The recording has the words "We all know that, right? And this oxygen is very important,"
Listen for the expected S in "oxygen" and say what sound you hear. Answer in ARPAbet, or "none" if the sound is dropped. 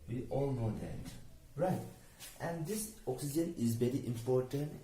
S